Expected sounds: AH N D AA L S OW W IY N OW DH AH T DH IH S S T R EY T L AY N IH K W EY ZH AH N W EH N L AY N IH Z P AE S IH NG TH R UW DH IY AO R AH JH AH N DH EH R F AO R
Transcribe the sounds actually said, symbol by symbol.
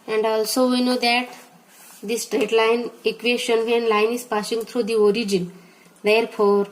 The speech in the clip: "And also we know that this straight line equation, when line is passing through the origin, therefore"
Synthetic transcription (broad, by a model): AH N D AA L S OW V IY N OW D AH T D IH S S T R EY T L AY N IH K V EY SH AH N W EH N L AY N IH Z P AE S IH NG T R UW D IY AO R AH JH AH N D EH R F AO R